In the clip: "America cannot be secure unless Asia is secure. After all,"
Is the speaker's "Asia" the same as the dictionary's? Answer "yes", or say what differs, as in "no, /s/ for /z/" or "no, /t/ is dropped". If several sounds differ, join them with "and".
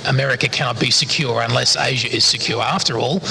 yes